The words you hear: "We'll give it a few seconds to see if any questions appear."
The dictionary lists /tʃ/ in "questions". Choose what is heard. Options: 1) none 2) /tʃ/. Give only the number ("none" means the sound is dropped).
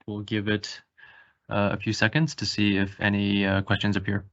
2